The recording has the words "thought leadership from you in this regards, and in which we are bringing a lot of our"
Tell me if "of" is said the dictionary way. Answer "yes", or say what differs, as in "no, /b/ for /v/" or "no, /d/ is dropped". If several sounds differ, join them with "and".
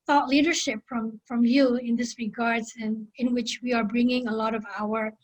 yes